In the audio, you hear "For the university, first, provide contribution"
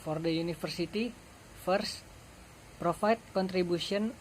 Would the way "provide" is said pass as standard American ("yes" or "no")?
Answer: no